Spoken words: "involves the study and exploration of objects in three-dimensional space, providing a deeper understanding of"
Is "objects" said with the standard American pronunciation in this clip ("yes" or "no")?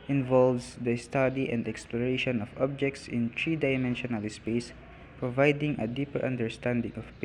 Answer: yes